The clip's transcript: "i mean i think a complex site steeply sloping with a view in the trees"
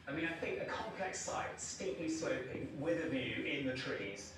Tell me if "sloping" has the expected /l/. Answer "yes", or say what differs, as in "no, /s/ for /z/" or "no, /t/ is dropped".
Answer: no, /l/ is dropped